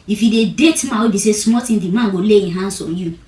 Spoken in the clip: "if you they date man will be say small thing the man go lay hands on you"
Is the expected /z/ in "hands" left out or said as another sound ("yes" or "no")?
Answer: yes